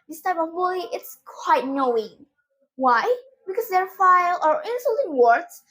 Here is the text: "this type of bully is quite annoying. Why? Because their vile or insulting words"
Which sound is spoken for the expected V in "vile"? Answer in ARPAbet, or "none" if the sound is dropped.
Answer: F